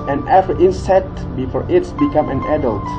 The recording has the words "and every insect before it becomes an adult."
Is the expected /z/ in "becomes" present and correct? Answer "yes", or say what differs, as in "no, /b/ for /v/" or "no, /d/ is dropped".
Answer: no, /z/ is dropped